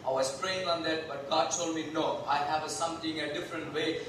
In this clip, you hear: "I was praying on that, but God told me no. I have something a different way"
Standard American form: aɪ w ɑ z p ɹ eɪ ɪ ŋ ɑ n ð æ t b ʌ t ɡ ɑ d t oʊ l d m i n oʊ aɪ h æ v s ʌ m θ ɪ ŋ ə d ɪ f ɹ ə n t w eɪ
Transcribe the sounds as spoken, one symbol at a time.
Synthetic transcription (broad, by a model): aɪ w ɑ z p ɹ eɪ ɪ ŋ ɑ n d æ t b ʌ t ɡ ɑ d t oʊ l d m i n oʊ aɪ h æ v s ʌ m t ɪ ŋ ə d ɪ f ɹ ə n t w eɪ